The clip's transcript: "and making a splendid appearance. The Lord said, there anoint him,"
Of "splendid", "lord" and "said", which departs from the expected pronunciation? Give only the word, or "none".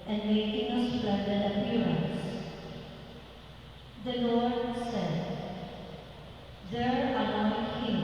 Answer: splendid